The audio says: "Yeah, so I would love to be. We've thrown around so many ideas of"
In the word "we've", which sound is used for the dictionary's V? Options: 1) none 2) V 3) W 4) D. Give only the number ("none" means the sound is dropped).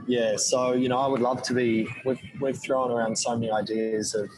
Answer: 3